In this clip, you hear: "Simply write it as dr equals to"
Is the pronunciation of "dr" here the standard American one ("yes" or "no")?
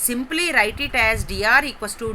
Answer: no